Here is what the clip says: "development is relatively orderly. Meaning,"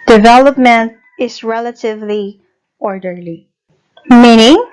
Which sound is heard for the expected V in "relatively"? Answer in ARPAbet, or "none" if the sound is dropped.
V